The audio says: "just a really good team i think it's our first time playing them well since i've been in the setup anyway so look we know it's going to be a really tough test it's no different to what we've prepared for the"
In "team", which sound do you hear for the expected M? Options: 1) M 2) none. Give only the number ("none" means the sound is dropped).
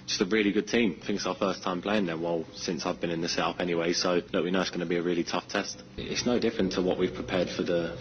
1